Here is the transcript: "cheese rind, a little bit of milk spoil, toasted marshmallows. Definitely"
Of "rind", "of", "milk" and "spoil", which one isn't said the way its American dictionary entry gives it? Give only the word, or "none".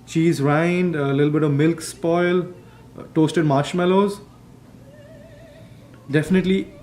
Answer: none